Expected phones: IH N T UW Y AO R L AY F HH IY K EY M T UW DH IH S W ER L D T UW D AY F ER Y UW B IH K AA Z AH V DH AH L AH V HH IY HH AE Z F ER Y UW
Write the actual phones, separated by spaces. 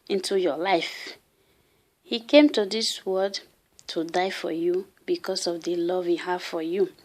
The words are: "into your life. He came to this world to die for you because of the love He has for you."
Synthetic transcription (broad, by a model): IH N T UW Y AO L AY F HH IY K EY M T UW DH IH S W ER D T UW D AY F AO Y UW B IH K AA S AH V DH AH L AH V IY HH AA F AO Y UW